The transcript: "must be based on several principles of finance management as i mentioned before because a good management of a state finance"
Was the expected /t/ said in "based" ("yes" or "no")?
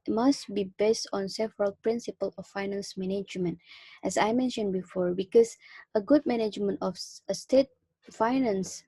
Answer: yes